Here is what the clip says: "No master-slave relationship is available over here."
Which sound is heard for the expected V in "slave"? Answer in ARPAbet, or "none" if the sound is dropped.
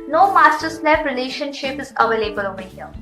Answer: P